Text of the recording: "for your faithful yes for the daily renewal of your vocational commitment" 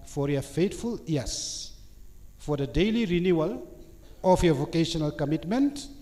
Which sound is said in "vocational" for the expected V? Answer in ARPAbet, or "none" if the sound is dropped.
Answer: V